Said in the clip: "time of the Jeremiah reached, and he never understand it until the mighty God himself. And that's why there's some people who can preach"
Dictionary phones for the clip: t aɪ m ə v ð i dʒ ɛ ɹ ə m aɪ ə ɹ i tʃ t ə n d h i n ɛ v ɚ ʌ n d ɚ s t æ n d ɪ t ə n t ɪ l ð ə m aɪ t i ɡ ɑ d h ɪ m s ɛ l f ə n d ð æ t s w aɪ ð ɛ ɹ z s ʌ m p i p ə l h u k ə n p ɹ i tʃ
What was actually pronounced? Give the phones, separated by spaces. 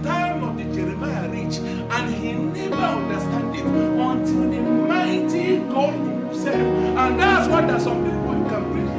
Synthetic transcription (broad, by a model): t aɪ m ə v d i dʒ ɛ ɹ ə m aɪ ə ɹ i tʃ ə n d h i n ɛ v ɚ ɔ n d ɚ s t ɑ n d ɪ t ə n t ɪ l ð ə m aɪ t i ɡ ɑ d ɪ s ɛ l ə n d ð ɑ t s w aɪ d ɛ s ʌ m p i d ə w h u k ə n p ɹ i